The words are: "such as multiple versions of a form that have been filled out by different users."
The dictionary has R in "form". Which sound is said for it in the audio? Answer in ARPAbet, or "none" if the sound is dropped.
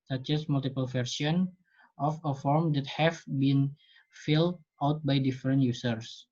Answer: R